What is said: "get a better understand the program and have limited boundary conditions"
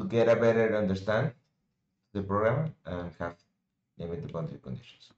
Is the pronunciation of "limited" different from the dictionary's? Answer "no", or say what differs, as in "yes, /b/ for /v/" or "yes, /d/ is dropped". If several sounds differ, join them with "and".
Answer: yes, /n/ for /l/